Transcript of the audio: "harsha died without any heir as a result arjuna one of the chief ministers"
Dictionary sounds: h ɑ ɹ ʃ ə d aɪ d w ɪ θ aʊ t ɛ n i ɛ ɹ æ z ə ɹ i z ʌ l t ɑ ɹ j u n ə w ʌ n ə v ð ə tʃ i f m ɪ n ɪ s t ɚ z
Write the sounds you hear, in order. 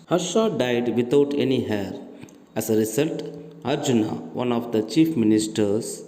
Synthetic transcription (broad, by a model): h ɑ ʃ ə d aɪ d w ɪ t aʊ t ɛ n i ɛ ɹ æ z ə ɹ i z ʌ l t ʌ ɹ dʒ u n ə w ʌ n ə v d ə tʃ i f m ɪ n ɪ s t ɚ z